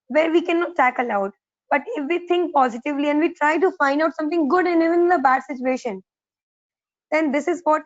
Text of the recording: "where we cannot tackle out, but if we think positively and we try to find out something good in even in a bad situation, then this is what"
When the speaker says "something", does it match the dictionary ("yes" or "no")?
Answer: no